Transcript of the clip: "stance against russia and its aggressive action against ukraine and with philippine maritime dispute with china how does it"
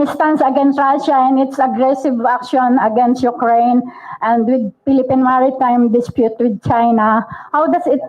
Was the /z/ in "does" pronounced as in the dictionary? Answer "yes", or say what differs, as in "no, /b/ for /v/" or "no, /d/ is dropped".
no, /s/ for /z/